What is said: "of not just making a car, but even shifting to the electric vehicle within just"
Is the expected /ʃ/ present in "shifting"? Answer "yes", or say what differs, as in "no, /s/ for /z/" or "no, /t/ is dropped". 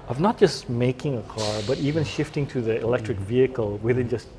yes